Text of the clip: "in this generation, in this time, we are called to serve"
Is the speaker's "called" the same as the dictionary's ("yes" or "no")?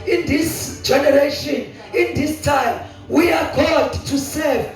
no